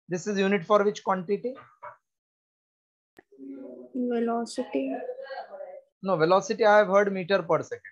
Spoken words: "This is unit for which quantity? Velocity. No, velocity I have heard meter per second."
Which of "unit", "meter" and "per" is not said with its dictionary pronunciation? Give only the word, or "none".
none